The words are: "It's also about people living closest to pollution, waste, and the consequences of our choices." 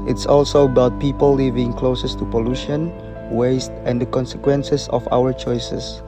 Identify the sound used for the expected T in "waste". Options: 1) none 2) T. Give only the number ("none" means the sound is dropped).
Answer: 2